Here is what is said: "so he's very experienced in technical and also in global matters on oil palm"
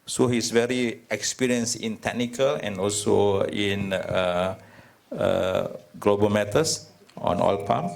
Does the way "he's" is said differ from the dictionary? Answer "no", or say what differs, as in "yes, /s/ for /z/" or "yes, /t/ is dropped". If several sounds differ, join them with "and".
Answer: yes, /s/ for /z/